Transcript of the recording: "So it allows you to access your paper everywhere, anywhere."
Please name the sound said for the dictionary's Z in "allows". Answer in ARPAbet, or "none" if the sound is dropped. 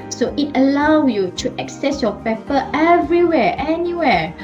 none